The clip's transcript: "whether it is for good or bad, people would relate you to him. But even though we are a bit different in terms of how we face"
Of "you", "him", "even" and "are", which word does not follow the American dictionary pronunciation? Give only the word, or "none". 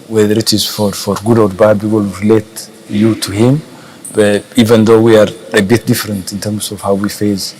none